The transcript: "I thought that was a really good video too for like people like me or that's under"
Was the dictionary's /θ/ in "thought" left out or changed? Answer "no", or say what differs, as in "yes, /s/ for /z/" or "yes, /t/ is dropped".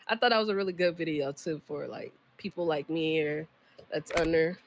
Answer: no